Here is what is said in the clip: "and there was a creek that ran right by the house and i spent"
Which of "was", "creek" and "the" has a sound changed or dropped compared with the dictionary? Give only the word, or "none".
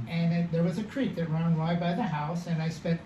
none